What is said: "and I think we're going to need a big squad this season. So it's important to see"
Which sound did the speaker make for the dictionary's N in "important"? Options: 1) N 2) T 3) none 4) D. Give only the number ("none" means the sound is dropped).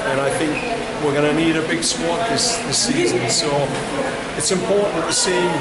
3